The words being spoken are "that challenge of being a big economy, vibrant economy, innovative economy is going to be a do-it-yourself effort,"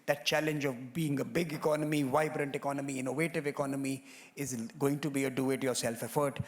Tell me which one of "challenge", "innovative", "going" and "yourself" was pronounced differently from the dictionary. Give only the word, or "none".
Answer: none